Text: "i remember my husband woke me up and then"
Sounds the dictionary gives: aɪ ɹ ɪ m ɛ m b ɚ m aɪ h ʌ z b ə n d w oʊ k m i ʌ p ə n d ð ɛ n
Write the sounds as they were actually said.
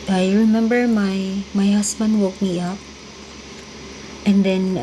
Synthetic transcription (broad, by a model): aɪ ɹ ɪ m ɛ m b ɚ m aɪ h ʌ s b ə n d w oʊ k m i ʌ p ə n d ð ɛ n